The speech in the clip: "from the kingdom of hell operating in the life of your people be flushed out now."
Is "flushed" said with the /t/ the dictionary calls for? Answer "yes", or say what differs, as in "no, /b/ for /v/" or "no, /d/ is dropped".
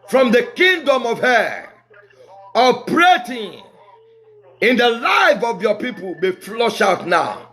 no, /t/ is dropped